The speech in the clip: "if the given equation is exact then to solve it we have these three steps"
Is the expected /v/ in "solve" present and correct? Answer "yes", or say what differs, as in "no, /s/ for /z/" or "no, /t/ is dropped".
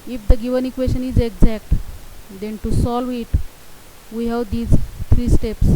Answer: yes